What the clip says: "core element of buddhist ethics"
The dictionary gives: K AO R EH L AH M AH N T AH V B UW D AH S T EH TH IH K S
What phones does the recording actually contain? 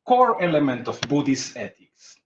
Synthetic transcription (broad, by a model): K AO R EH L AH M AH N T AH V B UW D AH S EH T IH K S